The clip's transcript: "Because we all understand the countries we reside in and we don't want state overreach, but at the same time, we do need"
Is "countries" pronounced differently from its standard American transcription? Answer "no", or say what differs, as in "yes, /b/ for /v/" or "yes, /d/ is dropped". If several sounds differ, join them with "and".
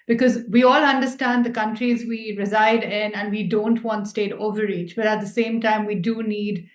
no